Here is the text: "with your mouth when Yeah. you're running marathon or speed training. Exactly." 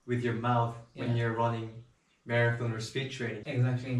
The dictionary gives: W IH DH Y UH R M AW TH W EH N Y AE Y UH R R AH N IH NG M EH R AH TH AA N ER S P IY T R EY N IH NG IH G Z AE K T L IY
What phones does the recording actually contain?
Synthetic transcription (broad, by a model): W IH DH Y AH R M AW TH W EH N Y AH R R AH N IH NG M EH R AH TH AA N ER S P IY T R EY IH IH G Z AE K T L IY